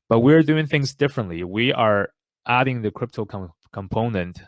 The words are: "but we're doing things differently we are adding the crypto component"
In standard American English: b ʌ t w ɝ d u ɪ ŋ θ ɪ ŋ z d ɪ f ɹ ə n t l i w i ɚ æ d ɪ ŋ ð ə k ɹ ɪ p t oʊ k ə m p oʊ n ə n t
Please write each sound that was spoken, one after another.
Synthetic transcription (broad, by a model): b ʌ t w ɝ d u ɪ ŋ θ ɪ ŋ z d ɪ f ɹ ə n t l i w i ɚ æ d ɪ ŋ ð ə k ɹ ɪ p t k k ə m p oʊ n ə n t